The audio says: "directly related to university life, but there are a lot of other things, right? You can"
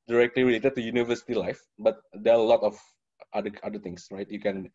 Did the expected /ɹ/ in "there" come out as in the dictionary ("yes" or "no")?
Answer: no